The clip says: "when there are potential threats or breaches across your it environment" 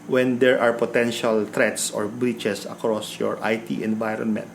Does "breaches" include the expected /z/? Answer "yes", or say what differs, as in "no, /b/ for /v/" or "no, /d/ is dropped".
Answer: no, /s/ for /z/